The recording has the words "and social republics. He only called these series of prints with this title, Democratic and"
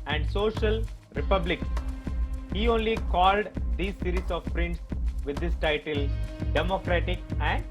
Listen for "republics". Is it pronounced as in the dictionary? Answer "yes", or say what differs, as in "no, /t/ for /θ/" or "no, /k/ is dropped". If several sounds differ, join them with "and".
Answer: no, /s/ is dropped